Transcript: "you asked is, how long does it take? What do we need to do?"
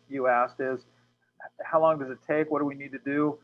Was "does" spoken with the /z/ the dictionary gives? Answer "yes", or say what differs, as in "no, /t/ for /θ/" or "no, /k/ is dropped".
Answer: yes